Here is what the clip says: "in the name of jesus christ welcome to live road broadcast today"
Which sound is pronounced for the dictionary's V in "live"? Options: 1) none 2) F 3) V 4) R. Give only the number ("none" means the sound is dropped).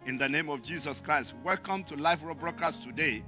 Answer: 2